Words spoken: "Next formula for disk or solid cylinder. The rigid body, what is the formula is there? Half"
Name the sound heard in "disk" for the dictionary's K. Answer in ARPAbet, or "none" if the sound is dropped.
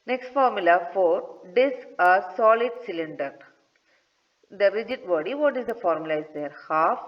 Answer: none